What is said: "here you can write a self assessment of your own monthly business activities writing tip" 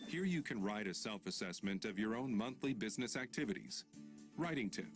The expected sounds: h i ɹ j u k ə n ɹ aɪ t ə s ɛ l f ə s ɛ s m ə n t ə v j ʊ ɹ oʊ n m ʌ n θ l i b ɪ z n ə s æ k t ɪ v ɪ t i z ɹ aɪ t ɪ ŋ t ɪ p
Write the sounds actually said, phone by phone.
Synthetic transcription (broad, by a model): h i ɹ j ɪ k ə n ɹ aɪ t ə s ɛ l f ə s ɛ s m ə n t ə v j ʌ ɹ oʊ n m ʌ n θ l i b ɪ z n ə s æ k t ɪ v ɪ t i z ɹ aɪ t ɪ ŋ t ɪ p